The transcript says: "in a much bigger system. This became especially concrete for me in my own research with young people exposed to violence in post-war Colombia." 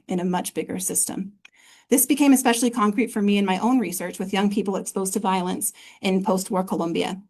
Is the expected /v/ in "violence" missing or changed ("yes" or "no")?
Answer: no